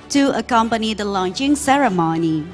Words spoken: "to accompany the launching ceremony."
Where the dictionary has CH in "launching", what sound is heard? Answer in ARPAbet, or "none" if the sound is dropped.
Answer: CH